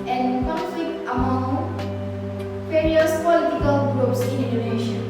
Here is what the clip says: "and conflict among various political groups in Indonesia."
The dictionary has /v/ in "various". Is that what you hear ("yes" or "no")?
no